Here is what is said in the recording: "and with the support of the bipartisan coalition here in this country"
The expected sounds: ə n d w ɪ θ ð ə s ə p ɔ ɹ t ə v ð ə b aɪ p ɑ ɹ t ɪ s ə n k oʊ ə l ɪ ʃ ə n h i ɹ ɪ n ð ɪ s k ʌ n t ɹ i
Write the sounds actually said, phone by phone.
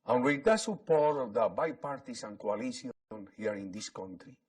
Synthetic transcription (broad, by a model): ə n w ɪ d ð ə s ə p ɔ ɹ t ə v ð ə b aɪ p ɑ ɹ t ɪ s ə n k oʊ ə l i s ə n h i ɹ ɪ n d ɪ s k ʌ n t ɹ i